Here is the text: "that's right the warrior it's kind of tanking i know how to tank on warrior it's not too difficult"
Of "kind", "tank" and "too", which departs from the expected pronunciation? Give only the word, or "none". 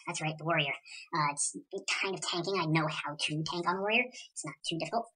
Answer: none